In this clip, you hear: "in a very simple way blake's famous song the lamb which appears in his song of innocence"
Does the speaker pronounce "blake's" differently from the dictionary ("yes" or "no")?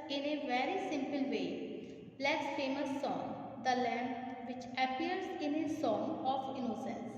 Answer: yes